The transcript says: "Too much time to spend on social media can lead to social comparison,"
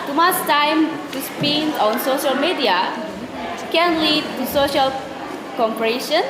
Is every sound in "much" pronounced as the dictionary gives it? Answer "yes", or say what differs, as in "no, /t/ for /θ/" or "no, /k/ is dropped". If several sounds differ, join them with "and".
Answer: no, /s/ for /tʃ/